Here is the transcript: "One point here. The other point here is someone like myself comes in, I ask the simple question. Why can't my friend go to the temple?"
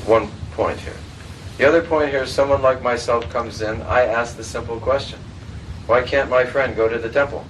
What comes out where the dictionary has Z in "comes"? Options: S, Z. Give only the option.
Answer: Z